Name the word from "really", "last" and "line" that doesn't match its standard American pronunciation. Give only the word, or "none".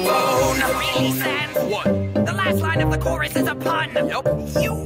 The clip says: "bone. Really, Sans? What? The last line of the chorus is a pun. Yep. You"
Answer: really